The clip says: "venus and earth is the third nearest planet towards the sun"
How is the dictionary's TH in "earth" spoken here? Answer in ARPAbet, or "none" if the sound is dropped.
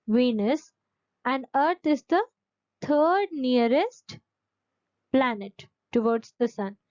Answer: T